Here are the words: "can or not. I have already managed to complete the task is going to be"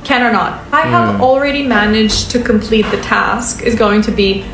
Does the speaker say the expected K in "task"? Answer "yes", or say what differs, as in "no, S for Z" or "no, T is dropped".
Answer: yes